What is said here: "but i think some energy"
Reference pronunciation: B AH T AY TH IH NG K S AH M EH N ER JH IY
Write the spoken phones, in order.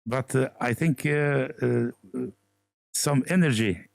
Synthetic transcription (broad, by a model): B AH T AY TH IH NG K S AH M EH N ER JH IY